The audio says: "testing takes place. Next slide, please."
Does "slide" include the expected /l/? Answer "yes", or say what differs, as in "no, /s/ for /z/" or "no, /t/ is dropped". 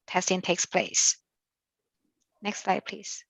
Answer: yes